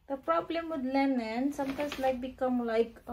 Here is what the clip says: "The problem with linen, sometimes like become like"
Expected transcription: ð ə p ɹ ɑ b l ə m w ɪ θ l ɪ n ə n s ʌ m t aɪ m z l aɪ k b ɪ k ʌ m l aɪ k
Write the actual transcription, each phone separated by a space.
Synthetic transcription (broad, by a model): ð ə p ɹ ɑ b l ə m w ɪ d l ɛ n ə n s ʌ m t aɪ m s l aɪ k b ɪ k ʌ m l aɪ k